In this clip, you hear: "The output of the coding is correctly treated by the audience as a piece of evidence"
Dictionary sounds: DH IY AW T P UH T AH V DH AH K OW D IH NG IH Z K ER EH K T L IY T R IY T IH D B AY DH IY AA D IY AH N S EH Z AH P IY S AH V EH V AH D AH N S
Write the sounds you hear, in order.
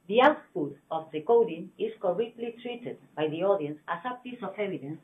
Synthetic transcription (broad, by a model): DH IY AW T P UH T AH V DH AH K OW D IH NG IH S K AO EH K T L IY T R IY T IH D B AY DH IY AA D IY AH N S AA S AH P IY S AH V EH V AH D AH N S